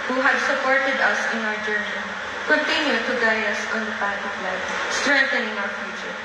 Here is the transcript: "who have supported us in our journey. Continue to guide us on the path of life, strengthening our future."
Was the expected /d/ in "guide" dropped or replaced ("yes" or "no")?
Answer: yes